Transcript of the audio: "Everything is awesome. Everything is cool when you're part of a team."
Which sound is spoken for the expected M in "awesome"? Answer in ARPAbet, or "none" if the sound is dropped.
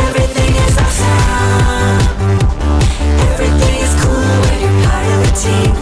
none